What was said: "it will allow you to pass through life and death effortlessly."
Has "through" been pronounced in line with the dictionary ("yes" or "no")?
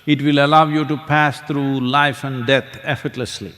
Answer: no